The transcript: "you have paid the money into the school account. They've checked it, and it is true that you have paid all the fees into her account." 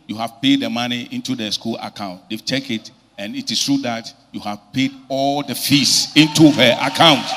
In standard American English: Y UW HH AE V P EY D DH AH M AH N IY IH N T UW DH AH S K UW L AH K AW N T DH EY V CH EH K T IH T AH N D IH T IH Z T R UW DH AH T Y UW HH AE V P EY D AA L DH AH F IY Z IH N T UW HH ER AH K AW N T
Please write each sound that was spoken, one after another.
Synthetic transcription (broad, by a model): Y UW HH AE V P EY D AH M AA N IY IH N T UW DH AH S K UW L AH K AW N T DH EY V CH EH K IH T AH N IH T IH S T R UW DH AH T Y UW HH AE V P EY D AA L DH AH F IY S IH N T UW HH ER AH K AW N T